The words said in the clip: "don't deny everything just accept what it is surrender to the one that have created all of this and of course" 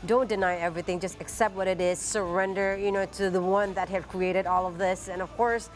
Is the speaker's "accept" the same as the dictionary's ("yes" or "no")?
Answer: yes